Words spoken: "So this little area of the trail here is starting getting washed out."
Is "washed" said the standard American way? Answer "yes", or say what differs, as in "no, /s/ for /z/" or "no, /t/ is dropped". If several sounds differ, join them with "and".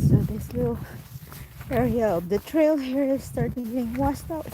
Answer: no, /s/ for /ʃ/